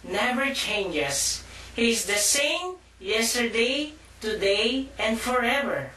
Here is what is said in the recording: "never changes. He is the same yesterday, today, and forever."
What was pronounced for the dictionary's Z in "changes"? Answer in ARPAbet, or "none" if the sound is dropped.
S